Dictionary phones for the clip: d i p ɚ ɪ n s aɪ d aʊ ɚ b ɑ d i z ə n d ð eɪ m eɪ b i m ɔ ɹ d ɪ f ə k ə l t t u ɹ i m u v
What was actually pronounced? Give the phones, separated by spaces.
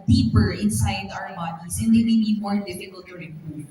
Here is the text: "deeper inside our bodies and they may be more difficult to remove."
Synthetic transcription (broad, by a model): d i p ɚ ɪ n s aɪ d aʊ ɚ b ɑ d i s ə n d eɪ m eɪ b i m ɔ ɹ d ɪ f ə k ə l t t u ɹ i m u